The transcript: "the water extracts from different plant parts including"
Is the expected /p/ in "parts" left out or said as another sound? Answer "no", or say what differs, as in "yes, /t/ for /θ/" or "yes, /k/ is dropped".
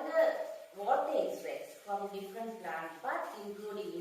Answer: yes, /b/ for /p/